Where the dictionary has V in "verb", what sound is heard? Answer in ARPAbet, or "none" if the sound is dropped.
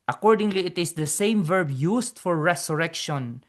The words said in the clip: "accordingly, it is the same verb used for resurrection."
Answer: V